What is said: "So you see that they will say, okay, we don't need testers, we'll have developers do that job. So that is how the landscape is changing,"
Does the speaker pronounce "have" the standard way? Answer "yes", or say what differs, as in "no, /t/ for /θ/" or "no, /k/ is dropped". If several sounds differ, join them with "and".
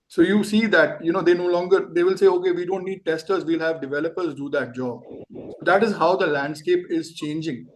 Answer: yes